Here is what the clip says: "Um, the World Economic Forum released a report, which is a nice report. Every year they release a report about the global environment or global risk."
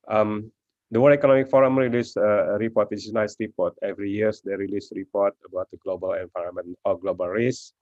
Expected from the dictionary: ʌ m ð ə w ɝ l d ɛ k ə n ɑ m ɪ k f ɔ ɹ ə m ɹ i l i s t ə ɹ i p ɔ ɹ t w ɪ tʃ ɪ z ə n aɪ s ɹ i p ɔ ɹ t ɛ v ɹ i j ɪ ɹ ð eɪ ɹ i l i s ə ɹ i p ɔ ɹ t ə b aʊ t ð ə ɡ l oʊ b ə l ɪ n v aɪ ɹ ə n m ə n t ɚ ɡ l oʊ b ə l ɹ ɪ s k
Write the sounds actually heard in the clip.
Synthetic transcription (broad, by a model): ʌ m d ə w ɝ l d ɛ k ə n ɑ m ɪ k f ɔ ɹ ə m ɹ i l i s ə ɹ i p ɔ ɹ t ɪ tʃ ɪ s n aɪ s ɹ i p ɔ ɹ t ɛ v ɹ i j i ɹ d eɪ ɹ i l i s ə ɹ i p ɔ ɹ t ə b aʊ t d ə ɡ l oʊ b ə l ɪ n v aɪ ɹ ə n m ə n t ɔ ɡ l oʊ b ə l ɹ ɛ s